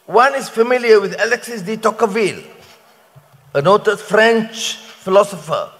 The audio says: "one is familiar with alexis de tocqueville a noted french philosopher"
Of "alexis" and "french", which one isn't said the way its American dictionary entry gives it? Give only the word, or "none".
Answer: none